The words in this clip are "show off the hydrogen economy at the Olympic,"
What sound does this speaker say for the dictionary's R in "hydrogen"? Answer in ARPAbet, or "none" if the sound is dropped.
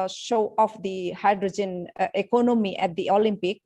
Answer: R